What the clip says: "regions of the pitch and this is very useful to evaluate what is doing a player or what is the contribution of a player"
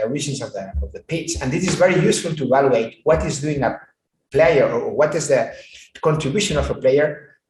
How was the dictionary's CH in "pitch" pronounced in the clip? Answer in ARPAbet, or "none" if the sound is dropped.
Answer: S